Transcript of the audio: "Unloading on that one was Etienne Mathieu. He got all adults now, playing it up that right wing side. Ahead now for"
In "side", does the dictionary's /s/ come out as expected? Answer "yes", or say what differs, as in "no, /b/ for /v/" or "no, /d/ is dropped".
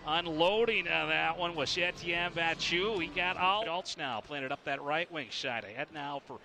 no, /ʃ/ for /s/